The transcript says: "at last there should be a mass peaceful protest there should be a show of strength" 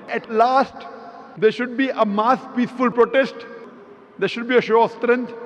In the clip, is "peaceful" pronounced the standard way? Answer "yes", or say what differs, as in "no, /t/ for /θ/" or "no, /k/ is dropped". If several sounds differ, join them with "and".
yes